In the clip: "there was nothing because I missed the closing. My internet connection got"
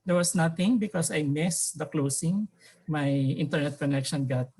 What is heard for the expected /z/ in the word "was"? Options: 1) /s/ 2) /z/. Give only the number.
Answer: 1